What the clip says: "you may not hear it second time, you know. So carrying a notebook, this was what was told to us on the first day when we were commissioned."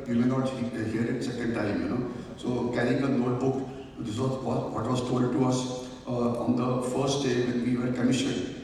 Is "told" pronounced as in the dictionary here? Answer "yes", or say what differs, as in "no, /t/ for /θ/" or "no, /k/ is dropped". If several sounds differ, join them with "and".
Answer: no, /l/ is dropped